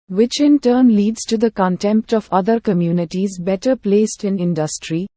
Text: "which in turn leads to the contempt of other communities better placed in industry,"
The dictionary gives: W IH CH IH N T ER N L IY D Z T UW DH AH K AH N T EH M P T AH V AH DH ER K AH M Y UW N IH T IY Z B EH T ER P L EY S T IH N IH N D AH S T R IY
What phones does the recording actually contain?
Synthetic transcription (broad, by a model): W IH CH IH N T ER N L IY D Z T UW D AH K AH N T EH M P T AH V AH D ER K AH M Y UW N IH T IY Z B EH T ER P L EY S T IH N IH N D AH S T R IY